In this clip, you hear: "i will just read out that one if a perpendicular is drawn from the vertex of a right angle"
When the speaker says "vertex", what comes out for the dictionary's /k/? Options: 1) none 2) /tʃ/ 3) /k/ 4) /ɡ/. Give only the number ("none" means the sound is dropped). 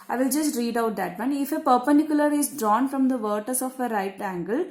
1